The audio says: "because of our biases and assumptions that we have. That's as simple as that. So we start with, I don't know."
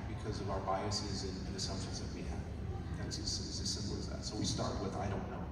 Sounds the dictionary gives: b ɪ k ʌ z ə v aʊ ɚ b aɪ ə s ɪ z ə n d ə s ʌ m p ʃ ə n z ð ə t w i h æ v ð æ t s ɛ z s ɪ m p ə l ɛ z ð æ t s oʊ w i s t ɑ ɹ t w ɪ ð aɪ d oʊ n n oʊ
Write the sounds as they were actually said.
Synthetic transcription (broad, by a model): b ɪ k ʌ z ə v aʊ ɚ b aɪ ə s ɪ z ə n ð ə s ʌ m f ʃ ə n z ð ə t w i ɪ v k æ s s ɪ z s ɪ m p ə l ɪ z ð æ t s oʊ w i s t ɑ ɹ t w ɪ ð aɪ d oʊ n n oʊ